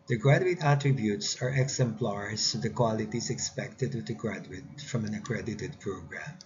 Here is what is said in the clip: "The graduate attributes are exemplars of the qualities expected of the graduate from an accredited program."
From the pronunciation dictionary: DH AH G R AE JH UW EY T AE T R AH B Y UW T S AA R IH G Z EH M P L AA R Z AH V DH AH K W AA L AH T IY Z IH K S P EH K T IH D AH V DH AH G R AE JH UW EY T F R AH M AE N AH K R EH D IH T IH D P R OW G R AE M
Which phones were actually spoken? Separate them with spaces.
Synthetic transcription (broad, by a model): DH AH G R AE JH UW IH T AE T R AH B Y UW T S AA R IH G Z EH M P L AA R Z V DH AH K W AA L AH T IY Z IH K S P EH K T IH D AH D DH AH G R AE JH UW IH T F R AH M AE N AH K R EH D IH T IH D P R OW G R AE M